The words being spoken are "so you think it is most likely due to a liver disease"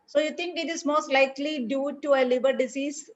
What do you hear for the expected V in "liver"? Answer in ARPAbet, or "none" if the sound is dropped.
B